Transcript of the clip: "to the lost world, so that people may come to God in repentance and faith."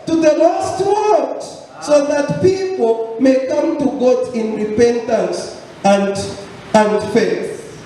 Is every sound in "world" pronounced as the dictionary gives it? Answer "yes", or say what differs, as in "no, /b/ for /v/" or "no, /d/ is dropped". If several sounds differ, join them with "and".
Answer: no, /l/ is dropped